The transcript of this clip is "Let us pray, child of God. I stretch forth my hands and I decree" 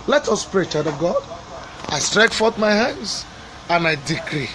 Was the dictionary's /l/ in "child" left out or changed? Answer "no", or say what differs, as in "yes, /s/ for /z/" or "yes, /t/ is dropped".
yes, /l/ is dropped